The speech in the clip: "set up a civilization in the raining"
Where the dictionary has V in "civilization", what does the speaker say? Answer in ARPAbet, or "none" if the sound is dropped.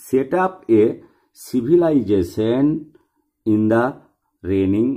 B